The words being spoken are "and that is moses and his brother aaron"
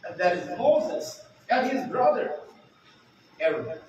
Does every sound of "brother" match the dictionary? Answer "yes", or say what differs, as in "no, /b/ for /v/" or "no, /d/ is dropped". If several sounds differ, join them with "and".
yes